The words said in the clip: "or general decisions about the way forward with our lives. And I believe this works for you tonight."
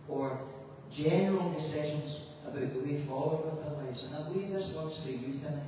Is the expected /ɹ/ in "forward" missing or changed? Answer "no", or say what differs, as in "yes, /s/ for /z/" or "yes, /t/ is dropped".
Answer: yes, /l/ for /ɹ/